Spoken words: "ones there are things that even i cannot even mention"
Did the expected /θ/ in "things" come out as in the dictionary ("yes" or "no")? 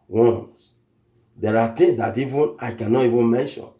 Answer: no